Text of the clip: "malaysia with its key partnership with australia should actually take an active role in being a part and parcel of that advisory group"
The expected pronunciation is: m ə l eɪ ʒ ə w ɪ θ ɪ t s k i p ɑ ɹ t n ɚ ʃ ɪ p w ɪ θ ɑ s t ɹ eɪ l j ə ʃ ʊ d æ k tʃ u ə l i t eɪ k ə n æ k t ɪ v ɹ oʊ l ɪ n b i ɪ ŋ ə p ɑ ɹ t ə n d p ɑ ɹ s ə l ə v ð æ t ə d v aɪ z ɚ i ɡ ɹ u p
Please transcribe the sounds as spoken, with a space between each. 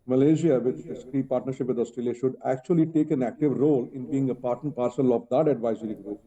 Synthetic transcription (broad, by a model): m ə l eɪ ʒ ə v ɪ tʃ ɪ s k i p ɑ ɹ t n ɚ ʃ ɪ p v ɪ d ɑ s t ɹ eɪ l j ə ʃ ʊ d æ k tʃ u ə l i t eɪ k ə n æ k t ɪ v ɹ oʊ l ɪ n b i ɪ ŋ ə p ɑ ɹ t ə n p ɑ ɹ s ə l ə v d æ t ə d v aɪ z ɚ i ɡ ɹ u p